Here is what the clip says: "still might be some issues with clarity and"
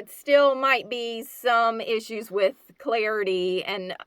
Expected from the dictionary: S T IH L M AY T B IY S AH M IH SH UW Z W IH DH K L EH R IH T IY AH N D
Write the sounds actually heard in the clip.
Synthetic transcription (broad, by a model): S T IH L M AY T B IY S AH M IH SH UW Z W IH DH K L EH R IH T IY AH N